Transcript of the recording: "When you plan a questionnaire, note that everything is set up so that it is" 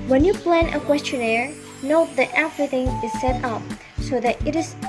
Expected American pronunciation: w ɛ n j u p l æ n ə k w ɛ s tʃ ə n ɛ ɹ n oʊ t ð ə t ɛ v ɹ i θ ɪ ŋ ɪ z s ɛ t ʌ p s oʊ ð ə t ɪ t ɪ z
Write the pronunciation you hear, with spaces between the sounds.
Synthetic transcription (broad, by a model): w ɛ n j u p l æ n ə k w ɛ s tʃ ə n ɛ ɹ n oʊ t ð ə t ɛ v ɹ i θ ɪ ŋ ɪ z s ɛ t ʌ p s oʊ ð ə t ɪ t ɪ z